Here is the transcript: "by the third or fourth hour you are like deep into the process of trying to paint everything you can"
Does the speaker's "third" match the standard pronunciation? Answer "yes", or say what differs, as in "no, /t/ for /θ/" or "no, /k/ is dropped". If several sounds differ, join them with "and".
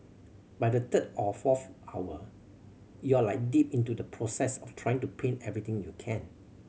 no, /t/ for /θ/